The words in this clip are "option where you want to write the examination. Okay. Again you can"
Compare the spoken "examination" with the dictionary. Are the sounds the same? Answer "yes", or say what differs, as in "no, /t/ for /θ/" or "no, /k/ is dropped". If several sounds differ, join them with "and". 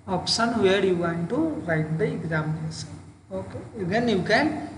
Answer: no, /s/ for /ʃ/ and /n/ is dropped